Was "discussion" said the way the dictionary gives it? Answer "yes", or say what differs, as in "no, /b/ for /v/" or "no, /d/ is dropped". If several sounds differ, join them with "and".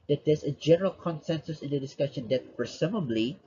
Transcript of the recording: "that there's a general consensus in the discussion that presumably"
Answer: yes